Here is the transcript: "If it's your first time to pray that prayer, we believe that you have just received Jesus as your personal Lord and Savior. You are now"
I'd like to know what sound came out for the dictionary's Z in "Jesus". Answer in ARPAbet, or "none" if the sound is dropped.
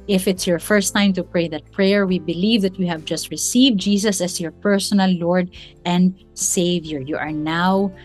S